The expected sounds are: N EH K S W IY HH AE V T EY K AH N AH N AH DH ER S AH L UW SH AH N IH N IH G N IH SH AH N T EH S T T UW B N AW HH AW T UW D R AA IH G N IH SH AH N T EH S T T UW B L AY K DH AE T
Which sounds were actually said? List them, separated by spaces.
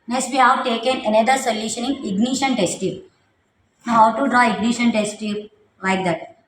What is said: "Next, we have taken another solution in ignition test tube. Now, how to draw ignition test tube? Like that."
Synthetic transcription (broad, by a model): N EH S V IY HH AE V T EY K AH N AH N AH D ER S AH L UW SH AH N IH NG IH G N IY SH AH N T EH S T T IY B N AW HH AW T UW D R AA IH G N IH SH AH N T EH S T T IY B L AY K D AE T